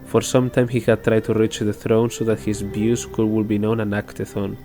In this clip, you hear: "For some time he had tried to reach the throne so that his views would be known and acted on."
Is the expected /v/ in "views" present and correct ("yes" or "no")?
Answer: no